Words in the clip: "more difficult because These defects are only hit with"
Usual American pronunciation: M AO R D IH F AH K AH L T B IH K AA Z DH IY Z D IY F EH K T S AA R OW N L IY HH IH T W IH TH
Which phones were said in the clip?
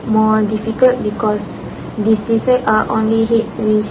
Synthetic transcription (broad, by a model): M AO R D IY F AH K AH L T B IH K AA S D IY S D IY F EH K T AA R OW N L IY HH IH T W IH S